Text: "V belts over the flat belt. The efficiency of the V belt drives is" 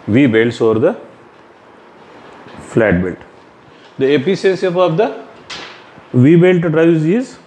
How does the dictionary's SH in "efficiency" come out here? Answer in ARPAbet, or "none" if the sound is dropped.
S